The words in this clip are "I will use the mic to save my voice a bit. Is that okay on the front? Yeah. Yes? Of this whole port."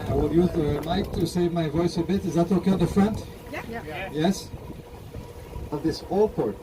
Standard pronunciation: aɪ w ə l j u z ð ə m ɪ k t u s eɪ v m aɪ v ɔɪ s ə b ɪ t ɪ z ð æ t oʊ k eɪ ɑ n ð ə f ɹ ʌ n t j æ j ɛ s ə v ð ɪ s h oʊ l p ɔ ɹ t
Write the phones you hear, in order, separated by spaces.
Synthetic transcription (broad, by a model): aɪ w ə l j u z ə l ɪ k t u s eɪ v m aɪ v ɔɪ s ə b ɪ t ɪ z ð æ t oʊ k eɪ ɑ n ð ə f ɹ ʌ n t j j ɛ s ə v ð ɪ s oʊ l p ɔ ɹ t